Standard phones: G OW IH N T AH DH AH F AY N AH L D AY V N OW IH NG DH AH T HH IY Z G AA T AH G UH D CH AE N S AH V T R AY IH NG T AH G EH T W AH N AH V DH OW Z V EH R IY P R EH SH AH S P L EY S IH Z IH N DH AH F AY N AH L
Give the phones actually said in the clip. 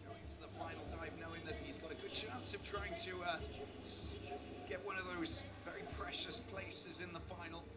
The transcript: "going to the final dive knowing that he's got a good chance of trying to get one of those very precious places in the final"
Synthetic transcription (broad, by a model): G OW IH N T AH DH AH F AY N L D AY V N OW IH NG DH AH T HH IY Z G AA T AH G UH D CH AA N S AH V T R AY IH NG T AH G EH T W AH N AH V DH OW Z V EH R IY P R EH SH AH S P L EY S IH Z IH N DH AH F AY N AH L